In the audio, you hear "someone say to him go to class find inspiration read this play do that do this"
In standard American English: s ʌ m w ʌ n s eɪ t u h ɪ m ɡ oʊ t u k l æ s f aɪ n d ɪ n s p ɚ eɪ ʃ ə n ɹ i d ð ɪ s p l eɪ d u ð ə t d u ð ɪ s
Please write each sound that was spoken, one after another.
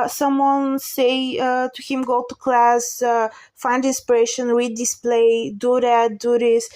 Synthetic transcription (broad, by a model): s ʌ m w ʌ n s eɪ t u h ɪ m ɡ oʊ t u k l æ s f aɪ n d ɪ n s p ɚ eɪ ʃ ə n w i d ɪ s p l eɪ d u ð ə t d u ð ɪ s